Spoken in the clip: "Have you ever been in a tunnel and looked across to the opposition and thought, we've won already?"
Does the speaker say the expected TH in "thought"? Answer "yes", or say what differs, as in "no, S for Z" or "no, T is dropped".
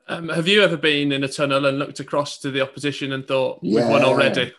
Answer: yes